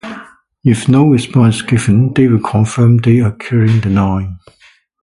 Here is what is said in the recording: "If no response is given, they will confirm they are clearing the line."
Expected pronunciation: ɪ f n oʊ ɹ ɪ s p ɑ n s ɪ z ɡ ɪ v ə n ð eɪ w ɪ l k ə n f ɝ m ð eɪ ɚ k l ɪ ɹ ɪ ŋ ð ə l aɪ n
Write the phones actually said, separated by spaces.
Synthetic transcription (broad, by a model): ɪ f n oʊ ɹ ɪ s p ɑ n s ɡ ɪ v ə n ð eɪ w ɪ l k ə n f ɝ m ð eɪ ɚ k ɪ ɹ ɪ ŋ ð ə n aɪ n